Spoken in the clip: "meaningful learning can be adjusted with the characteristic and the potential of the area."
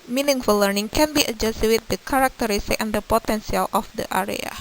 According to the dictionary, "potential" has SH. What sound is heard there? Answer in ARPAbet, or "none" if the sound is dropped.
S